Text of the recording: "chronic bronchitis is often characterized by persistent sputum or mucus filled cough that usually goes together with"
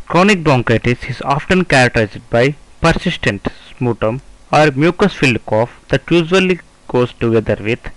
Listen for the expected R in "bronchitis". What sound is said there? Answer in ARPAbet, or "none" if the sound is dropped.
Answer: none